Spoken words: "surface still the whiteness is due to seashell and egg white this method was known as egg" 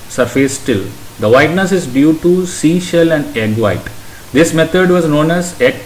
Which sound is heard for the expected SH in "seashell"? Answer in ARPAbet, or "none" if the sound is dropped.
SH